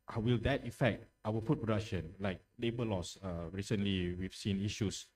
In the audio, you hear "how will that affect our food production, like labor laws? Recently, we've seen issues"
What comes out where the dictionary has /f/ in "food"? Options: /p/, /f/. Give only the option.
/p/